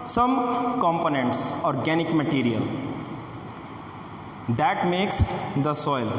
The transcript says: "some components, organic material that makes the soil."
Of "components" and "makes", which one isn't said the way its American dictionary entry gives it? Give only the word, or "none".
none